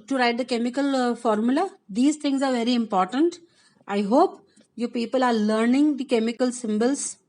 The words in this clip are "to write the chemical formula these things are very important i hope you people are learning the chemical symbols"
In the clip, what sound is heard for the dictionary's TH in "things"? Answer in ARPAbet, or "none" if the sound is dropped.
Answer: T